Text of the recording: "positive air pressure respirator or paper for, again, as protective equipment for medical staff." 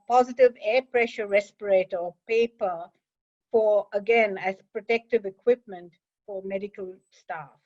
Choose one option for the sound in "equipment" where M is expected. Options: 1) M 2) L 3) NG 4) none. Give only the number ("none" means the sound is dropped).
1